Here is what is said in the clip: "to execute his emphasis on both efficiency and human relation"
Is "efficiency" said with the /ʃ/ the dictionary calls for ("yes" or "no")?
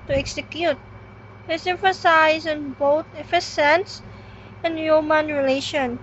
no